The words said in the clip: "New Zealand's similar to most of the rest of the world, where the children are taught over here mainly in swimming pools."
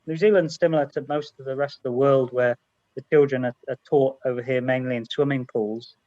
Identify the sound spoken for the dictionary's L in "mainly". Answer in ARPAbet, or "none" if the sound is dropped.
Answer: L